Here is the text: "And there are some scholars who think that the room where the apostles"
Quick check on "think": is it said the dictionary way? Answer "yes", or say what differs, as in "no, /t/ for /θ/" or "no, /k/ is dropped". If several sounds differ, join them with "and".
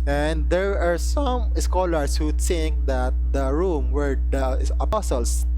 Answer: no, /s/ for /θ/